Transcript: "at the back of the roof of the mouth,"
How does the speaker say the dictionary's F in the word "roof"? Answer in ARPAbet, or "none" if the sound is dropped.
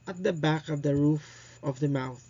F